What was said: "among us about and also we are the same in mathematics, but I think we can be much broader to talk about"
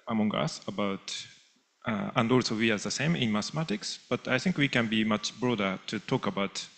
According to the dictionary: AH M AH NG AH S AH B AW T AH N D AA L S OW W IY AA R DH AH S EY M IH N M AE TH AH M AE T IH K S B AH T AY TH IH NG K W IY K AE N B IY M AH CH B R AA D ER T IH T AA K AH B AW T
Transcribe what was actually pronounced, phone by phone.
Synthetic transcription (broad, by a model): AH M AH NG AH S AH B AW T AH N D AA L S OW W IY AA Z DH AH S EY M IH N M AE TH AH M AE T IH K S B AH T AY TH IH NG K W IY K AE N B IY M AH CH B R AA D ER T IH T AA K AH B AW T